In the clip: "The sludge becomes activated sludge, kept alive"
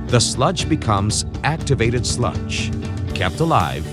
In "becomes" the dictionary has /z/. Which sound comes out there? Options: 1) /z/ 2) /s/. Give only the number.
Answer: 1